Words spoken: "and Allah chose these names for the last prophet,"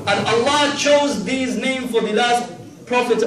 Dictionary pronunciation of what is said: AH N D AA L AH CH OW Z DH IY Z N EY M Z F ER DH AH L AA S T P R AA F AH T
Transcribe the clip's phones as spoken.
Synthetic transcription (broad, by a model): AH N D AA L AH CH OW Z DH IY Z N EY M F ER DH AH L AA S T P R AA F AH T